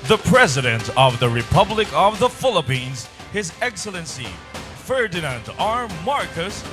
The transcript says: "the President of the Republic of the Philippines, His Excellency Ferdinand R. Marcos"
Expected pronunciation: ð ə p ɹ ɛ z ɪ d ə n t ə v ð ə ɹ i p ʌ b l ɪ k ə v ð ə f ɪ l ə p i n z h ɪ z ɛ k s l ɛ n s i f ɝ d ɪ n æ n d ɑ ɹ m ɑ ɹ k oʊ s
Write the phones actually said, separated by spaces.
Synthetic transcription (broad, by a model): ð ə p ɹ ɛ z ɪ d ə n t ə v ð ə ɹ i p ʌ b l ɪ k ə v ð ə f ɪ l ə p i n z h ɪ z ɛ k s l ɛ n s i f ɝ d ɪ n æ n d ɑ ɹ m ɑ ɹ k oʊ s